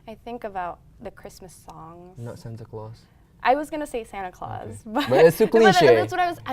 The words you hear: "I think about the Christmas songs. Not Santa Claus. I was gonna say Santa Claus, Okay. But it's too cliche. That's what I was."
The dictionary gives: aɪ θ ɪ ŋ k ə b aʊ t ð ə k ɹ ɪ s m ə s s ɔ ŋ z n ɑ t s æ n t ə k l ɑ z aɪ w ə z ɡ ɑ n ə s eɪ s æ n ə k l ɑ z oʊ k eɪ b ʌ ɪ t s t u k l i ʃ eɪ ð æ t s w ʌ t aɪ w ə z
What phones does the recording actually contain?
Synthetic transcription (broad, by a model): aɪ θ ɪ ŋ k ə b aʊ t ð ə k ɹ ɪ s m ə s s ɔ ŋ n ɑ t s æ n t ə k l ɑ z aɪ w ə z ɡ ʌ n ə s eɪ s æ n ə k l ɑ z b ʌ b ʌ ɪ s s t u k l i ʃ eɪ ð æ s w ʌ t aɪ w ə z